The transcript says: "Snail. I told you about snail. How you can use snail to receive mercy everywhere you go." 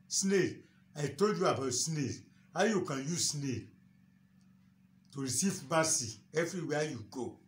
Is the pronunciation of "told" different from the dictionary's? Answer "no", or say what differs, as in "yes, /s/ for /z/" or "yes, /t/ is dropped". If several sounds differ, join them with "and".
no